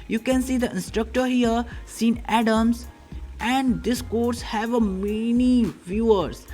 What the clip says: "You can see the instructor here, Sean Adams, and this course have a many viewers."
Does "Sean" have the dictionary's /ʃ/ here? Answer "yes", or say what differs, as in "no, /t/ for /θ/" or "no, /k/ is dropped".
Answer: no, /s/ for /ʃ/